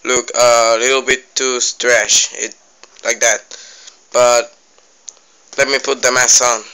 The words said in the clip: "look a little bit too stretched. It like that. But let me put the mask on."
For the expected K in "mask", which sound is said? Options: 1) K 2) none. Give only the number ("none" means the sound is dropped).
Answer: 2